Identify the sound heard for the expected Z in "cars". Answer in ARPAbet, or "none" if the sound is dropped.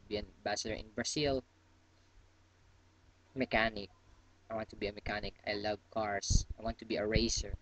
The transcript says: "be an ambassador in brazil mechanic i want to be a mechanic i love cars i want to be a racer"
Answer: S